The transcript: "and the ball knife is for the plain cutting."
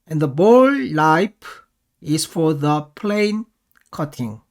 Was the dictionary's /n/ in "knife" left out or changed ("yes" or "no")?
yes